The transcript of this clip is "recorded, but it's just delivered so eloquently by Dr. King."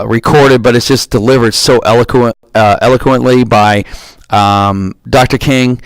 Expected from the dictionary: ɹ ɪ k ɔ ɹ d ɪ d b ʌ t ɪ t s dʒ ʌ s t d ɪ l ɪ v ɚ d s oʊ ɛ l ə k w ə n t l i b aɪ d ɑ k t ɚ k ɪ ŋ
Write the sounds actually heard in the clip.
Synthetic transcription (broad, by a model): ɹ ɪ k ɔ ɹ d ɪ d b ʌ t ɪ t s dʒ ʌ s d ɪ l ɪ v ɚ d s oʊ ɛ l ə k w ə n t l i b aɪ d ɑ k t ɚ k ɪ ŋ